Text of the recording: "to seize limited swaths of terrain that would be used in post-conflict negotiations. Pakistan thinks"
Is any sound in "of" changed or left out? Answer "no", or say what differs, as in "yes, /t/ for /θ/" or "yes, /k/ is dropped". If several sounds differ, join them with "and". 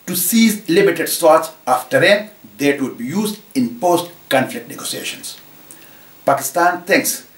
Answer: yes, /f/ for /v/